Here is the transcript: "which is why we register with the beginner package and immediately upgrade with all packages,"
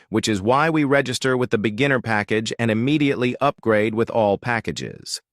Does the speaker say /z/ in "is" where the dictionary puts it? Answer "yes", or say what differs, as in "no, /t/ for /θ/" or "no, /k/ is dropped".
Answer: yes